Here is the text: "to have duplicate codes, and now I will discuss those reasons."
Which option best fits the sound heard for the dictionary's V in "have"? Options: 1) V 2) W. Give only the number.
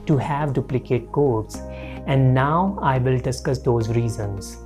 1